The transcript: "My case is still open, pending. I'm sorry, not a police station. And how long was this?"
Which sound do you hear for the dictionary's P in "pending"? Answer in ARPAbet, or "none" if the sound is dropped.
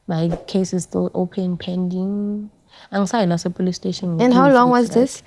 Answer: P